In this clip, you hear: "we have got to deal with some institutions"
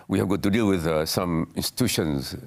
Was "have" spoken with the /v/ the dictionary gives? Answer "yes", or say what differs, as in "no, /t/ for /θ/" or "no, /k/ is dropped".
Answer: yes